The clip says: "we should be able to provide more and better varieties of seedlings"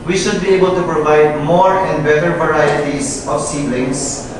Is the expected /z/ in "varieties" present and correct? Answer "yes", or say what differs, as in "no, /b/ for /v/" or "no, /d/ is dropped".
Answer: no, /s/ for /z/